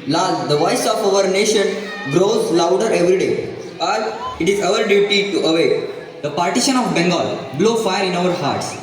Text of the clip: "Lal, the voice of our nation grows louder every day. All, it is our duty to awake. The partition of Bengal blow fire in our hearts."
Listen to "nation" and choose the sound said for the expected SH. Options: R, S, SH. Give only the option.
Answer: SH